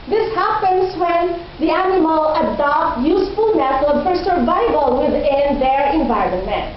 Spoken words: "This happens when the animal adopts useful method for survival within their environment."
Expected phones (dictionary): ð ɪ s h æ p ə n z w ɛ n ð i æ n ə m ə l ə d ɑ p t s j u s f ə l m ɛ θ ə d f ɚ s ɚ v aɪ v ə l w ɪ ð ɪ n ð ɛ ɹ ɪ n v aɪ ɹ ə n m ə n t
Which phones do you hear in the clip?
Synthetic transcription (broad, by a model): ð ɪ s h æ p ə n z w ɛ n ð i æ n ə m ə l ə d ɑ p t j u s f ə l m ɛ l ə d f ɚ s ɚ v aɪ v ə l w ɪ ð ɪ n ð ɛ ɹ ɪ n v aɪ ɹ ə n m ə n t